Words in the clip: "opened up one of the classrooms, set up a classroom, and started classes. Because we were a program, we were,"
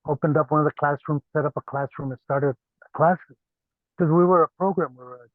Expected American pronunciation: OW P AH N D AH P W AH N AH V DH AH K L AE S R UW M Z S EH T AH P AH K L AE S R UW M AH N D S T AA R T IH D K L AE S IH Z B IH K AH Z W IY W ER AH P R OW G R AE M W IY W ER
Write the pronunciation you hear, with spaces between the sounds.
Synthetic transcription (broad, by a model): OW P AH N D AH P W AH N AH V DH AH K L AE S R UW M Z S EH T AH P AH K L AE S R UW M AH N S T AA R T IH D K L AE S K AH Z W IY W ER AH P R OW G R AE M W IY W ER